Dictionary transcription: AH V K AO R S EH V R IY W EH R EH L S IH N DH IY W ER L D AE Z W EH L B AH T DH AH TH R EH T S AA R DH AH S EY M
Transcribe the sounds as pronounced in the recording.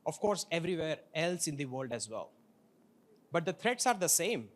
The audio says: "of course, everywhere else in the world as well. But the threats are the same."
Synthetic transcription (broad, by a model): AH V K AO R S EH V R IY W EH R EH L S IH N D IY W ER L D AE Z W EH L B AH T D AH T R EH T S AA R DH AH S EY M